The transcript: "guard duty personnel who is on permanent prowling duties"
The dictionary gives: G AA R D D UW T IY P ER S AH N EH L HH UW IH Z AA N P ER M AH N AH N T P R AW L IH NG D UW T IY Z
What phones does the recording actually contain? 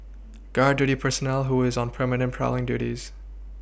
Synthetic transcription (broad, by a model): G AA R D D UW T IY P ER S AH N EH L HH UW IH Z N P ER M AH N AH N P R AW L IH NG D UW T IY Z